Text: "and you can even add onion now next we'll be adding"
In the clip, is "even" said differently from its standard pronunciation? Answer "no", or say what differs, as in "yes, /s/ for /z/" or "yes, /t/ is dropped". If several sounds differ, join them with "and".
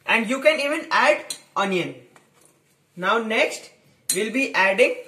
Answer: no